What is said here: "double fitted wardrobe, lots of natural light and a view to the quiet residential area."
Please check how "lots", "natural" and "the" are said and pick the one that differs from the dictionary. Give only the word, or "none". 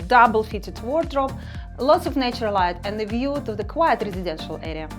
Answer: natural